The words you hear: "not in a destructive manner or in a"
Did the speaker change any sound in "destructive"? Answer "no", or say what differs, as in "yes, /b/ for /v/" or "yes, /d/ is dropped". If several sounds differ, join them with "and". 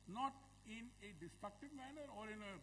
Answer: no